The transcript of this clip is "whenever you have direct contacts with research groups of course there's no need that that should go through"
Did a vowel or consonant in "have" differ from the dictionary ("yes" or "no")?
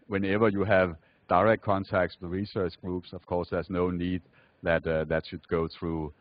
no